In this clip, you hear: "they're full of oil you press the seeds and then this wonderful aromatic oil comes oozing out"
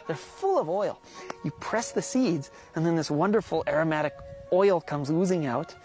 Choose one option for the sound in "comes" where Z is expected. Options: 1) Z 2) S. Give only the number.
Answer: 1